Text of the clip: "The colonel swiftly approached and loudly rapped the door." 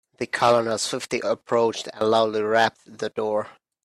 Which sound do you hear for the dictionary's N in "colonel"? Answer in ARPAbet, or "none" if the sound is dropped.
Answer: L